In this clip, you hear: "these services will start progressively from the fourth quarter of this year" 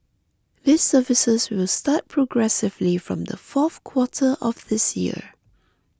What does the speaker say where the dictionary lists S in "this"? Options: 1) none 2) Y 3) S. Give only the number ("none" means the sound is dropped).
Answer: 3